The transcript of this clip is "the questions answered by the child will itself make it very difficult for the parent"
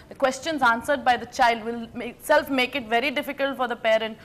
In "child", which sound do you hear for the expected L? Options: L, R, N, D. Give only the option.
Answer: L